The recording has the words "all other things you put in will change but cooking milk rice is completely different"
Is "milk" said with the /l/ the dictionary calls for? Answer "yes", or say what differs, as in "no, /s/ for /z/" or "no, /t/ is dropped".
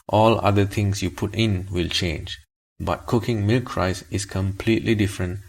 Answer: yes